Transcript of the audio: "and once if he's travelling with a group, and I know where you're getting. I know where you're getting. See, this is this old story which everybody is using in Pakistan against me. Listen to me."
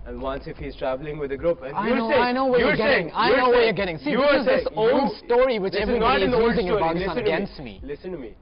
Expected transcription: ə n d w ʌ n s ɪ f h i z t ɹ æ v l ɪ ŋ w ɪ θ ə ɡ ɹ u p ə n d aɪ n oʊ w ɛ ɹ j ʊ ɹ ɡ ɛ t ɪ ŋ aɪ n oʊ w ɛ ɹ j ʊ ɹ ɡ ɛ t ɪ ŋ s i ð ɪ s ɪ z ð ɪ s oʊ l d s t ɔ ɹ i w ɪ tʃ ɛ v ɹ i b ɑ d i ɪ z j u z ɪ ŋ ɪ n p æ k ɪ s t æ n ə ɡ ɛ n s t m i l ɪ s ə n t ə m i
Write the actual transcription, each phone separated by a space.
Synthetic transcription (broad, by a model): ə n w ʌ n s ɪ f h i z t ɹ æ v l ɪ ŋ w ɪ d ə ɡ ɹ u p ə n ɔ aɪ n oʊ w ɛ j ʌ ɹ ɡ ɛ t ɪ ŋ aɪ n oʊ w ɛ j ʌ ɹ ɡ ɛ t ɪ ŋ s i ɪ ɪ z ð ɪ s oʊ l d s t ɔ ɹ i w ɪ tʃ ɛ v ɹ i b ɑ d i ɪ z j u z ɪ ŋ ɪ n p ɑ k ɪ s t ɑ ə ɡ ɛ n s t m i l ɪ s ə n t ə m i